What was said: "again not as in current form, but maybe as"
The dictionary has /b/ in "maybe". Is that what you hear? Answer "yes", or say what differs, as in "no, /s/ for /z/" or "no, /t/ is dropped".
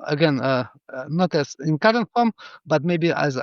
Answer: yes